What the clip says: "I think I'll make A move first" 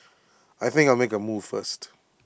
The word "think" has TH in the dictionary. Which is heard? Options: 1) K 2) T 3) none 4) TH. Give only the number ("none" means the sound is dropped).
4